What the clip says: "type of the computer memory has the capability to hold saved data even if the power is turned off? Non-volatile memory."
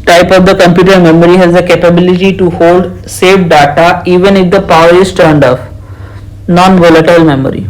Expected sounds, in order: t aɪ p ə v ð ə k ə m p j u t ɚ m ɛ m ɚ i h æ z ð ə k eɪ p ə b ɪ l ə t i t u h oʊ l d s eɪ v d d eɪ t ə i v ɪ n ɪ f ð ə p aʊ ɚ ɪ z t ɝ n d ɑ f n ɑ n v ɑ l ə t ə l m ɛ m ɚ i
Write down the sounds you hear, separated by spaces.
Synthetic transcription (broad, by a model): t aɪ p ə v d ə k ə m p j u t ɚ m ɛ m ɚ i h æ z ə k eɪ p ə b ɪ l ə t i t u h oʊ l d s eɪ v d d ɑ t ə i v ɪ n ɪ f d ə p aʊ ɚ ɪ s t ɝ n d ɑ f n ɑ n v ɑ l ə t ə l m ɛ m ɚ i